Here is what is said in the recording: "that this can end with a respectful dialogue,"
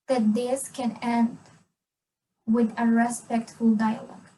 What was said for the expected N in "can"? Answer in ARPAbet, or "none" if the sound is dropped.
N